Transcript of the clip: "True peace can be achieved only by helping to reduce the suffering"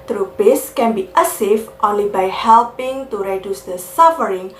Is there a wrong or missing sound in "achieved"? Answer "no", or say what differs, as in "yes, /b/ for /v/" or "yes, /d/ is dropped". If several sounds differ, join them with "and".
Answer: yes, /s/ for /tʃ/